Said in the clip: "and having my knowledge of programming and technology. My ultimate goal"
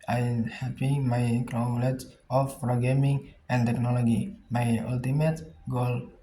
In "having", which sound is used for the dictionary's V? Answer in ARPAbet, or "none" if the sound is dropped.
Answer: P